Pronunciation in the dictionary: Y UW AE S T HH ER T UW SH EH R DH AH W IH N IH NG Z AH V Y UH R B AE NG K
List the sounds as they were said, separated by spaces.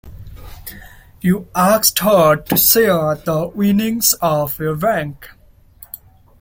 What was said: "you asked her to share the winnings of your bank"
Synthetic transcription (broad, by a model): Y UW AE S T HH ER T UW S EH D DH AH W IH N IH NG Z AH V Y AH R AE NG K